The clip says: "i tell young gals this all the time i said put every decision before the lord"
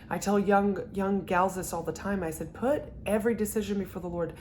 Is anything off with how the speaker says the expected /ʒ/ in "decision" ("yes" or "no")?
no